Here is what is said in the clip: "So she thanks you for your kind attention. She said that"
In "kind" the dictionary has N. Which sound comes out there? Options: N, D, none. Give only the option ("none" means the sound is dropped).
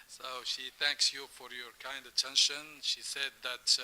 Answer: N